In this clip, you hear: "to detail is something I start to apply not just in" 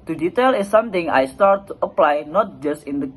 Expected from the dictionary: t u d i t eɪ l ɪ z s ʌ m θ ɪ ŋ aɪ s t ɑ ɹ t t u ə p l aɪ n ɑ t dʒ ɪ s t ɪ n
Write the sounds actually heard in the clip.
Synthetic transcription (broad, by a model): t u d i t eɪ l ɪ s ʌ m t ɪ ŋ aɪ s t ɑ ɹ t t u ə p l aɪ n ɑ t dʒ ɪ s t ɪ n